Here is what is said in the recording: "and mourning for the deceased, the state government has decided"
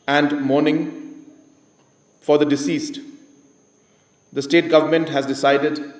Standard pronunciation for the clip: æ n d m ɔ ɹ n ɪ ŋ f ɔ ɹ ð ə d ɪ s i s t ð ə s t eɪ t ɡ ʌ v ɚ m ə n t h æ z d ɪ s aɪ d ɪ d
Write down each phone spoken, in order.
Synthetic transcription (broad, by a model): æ n d m ɔ ɹ n ɪ ŋ f ɔ ɹ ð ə d ɪ s i s t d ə s t eɪ t ɡ ʌ v ɚ m ə n t h æ z d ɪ s aɪ d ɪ d